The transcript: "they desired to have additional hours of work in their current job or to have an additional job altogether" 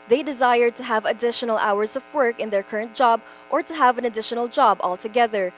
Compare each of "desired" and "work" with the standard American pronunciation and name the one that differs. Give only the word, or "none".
none